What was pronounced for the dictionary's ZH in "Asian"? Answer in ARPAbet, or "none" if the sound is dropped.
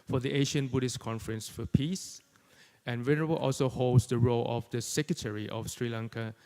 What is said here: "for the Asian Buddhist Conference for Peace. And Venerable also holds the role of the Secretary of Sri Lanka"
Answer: SH